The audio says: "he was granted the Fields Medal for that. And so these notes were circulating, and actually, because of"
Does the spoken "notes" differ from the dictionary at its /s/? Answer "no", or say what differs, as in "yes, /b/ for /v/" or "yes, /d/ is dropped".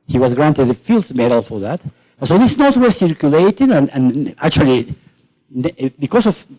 yes, /s/ is dropped